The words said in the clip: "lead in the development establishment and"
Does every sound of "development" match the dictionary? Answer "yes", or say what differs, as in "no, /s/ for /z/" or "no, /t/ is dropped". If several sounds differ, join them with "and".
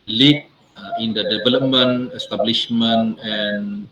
no, /t/ is dropped